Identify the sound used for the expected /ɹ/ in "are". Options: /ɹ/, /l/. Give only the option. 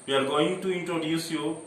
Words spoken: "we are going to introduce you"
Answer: /l/